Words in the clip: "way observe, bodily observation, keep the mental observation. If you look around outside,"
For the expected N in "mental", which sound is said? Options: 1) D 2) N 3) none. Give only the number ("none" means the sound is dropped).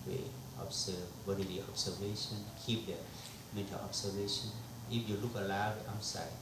3